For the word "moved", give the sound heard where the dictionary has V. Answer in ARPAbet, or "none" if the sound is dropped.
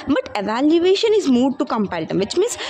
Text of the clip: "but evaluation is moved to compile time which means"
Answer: none